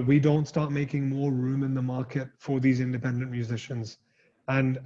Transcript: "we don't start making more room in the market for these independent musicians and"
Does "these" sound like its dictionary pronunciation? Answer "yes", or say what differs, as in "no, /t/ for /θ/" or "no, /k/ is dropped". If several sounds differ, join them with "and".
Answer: yes